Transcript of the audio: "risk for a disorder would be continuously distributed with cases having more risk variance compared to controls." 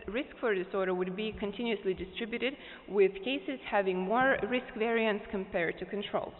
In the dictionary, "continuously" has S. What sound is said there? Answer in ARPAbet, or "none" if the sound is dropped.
S